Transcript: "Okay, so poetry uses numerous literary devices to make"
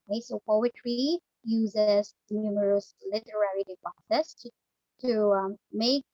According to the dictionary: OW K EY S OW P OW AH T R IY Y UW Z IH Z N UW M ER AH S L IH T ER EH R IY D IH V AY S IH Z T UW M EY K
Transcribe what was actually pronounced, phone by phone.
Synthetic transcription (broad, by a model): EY S OW P OW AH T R IY Y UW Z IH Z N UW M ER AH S L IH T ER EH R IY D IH P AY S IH S T UW M EY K